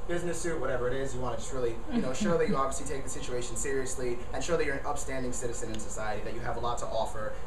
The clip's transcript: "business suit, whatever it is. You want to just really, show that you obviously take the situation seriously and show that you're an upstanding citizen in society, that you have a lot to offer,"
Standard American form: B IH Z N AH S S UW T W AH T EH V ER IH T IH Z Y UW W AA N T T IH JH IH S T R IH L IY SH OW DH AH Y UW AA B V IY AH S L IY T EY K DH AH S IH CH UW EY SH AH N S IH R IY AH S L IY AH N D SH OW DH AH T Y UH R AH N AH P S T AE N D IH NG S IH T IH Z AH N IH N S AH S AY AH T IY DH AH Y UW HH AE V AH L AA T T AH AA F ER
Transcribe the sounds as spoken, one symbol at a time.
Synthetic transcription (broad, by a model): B IH Z N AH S S UW T W AH T EH V ER IH T IH Z Y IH W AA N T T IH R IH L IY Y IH N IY SH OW DH AH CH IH AA B V IY AH S L IY T EY K DH AH S IH CH UW EY SH AH N S IH R IY AH S L IY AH N SH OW DH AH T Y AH R AH N AH P S T AE N D IH NG S IH T IH Z AH N IH N S AH S AY AH T IY DH AH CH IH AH V AH L AA T T AA F ER